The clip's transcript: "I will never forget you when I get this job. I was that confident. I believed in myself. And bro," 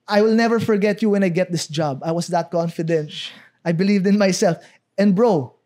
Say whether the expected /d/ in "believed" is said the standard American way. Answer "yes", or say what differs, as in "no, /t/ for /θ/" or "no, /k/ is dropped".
yes